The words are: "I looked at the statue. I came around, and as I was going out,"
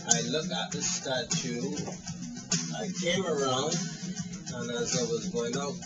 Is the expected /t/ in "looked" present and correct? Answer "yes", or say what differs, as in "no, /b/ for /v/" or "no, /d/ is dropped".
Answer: no, /t/ is dropped